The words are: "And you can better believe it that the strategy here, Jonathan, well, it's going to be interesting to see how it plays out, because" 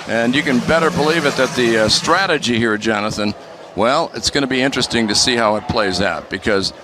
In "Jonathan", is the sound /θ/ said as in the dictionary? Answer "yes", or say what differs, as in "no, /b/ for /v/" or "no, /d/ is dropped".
yes